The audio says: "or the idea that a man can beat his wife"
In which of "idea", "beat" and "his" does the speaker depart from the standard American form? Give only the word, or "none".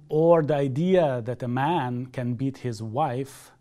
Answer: none